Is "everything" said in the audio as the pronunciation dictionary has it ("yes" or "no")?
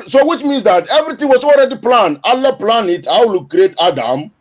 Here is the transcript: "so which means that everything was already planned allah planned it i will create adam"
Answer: no